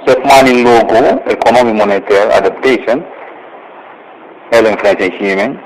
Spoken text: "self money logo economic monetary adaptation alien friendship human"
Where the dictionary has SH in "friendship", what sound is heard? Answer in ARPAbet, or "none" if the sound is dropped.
S